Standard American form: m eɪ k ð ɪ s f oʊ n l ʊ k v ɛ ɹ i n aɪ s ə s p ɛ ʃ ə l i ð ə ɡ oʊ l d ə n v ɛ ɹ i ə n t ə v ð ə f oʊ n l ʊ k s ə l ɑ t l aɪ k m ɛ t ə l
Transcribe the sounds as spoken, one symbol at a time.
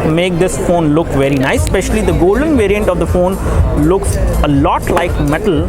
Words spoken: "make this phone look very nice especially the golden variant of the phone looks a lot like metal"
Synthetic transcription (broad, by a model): m eɪ k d ɪ s f oʊ n l ʊ k v ɛ ɹ i n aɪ ə s p ɛ ʃ ə l i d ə ɡ oʊ l d ə n v ɛ ɹ i ə n t ə v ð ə f oʊ n l ʊ k s ə l ɑ t l aɪ k m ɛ t ə l